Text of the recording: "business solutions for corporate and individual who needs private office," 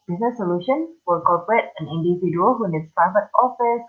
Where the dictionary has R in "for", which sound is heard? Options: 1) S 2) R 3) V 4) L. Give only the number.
4